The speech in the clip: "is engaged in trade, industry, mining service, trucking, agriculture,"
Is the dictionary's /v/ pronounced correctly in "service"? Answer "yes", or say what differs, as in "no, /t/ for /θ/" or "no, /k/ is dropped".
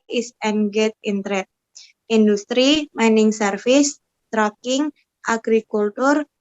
no, /f/ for /v/